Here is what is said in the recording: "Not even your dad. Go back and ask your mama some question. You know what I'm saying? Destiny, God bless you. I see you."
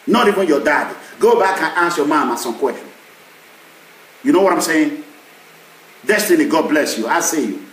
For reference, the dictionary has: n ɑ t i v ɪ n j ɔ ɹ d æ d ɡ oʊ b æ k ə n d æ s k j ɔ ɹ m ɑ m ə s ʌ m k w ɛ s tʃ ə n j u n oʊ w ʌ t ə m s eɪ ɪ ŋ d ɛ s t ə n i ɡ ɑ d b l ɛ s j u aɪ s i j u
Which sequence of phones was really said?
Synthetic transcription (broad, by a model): n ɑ t i v ɪ n j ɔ d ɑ d ɡ oʊ b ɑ k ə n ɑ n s j ɔ m ɑ m ə s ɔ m k w ɛ s tʃ ə n j u n oʊ w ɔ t ə m s eɪ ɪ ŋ d ɛ s t ə n i ɡ ɑ d b l ɛ s j u aɪ s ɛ j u